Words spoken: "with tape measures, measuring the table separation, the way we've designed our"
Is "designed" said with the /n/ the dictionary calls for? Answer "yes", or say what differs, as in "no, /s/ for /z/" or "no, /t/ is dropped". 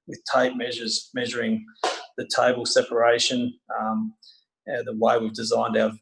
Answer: yes